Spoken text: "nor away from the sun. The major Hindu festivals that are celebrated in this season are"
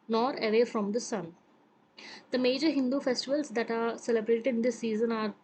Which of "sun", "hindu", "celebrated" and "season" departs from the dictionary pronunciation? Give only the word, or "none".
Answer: none